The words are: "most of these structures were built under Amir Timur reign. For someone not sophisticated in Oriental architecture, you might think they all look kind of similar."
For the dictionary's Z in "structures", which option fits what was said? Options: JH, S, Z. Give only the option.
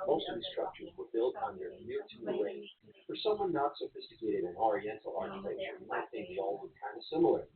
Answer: Z